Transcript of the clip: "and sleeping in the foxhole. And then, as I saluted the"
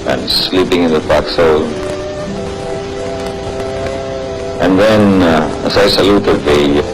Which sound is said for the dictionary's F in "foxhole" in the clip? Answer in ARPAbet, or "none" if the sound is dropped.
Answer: P